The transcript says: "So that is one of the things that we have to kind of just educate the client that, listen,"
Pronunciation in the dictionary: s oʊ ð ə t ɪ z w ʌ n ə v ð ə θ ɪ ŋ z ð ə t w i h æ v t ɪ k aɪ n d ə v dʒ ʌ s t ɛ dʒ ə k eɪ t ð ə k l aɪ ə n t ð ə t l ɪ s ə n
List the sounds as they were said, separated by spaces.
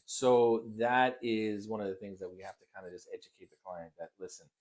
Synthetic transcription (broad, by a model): s oʊ ð ə t ɪ z w ʌ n ə v ð ə θ ɪ ŋ z ð ə t w i h æ f t ɪ k aɪ n d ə dʒ ʌ s t ɛ dʒ ə k eɪ t ð ə k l aɪ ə n ð ə t l ɪ s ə n